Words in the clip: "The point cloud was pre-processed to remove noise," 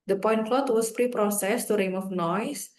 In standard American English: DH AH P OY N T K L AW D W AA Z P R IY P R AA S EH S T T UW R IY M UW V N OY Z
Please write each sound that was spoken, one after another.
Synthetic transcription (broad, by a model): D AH P OY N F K L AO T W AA S P R IY P R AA S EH S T T UW R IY M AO F N OY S